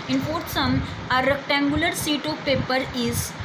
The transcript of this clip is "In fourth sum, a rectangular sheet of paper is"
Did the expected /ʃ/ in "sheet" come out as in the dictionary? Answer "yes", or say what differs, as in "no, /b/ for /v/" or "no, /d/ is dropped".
no, /s/ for /ʃ/